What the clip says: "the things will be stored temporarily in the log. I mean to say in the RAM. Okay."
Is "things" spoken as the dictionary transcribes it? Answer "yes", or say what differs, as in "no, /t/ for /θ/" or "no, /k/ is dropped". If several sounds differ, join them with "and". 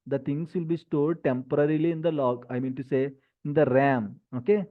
no, /t/ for /θ/